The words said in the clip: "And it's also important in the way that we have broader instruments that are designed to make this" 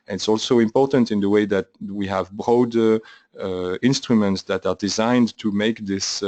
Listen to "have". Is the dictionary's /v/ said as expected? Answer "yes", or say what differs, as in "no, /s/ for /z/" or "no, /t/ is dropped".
yes